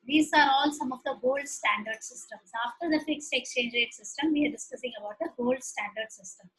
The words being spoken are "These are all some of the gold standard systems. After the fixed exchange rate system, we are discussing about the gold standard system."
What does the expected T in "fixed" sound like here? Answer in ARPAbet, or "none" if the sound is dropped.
T